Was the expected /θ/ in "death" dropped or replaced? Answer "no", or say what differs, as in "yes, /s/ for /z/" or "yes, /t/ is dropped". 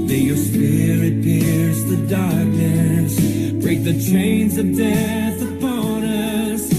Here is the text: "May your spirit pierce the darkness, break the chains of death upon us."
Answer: no